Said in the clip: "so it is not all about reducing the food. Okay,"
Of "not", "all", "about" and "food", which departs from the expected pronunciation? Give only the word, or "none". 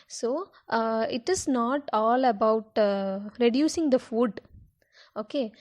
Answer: none